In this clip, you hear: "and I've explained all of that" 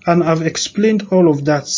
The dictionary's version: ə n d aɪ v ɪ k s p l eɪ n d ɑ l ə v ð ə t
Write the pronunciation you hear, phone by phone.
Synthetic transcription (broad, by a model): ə n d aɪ v ɪ k s p l eɪ n d ɑ l ə v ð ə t